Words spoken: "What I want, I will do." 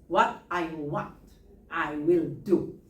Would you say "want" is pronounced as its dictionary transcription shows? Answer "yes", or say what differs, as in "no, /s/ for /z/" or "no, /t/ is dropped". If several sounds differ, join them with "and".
yes